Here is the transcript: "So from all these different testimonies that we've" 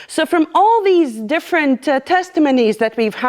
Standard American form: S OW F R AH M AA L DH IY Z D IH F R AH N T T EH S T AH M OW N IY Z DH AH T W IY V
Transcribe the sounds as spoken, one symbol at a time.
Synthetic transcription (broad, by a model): S OW F R AH M AA L DH IY Z D IH F R AH N T T EH S T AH M OW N IY Z DH AH T W IY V